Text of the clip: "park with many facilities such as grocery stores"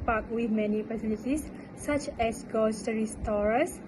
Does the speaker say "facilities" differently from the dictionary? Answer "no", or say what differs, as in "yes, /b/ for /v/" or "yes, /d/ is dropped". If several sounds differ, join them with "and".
yes, /p/ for /f/